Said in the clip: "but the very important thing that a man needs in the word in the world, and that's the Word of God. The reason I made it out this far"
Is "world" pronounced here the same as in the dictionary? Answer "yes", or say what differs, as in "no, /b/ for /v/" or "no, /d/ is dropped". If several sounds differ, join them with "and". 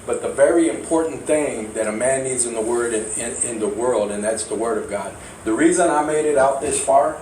yes